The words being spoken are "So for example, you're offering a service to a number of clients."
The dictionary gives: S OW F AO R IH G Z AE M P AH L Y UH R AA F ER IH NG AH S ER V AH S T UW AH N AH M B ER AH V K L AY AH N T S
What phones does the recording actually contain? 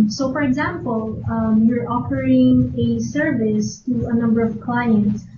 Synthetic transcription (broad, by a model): S OW F AO R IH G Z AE M P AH L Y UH R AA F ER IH NG AH S ER V AH S T UW AH N AH M B ER AH V K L AY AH N T S